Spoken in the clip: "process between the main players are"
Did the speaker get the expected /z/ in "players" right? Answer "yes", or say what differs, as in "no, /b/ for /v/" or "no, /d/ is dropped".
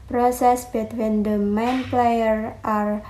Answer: no, /z/ is dropped